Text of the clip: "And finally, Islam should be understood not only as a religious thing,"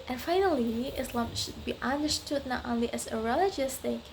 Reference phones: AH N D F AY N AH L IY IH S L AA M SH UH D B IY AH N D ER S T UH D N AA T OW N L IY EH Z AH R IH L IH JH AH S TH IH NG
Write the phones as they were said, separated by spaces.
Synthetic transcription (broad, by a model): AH N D F AY N AH L IY IH S L AA M SH UH D B IY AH N D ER S T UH D N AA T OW N L IY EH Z AH R IH L IH JH AH S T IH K